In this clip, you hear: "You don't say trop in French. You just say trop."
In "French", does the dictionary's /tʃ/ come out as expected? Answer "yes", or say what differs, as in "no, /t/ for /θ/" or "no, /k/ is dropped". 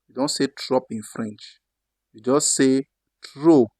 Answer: yes